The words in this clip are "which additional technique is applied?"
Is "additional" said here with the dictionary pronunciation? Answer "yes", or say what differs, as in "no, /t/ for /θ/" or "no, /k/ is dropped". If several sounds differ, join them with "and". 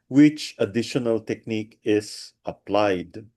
yes